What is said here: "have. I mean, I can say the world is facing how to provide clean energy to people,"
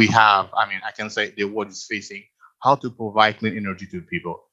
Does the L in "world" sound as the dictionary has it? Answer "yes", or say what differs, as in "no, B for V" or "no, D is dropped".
no, L is dropped